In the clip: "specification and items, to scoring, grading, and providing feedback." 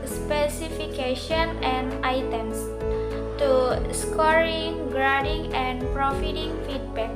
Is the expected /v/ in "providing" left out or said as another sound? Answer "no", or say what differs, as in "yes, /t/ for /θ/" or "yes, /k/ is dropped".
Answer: yes, /f/ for /v/